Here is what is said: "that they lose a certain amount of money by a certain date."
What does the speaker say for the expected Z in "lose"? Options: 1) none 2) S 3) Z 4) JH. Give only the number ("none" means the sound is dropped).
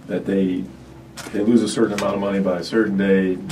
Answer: 3